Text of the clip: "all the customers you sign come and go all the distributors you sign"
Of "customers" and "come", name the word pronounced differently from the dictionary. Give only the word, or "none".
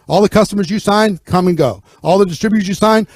none